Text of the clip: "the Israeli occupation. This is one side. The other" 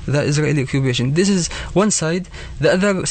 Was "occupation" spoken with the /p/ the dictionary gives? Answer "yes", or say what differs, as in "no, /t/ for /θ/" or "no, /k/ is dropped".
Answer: no, /b/ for /p/